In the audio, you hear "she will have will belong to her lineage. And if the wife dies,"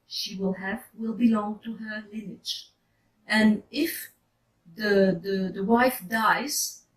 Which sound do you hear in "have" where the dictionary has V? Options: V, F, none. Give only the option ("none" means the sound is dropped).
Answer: V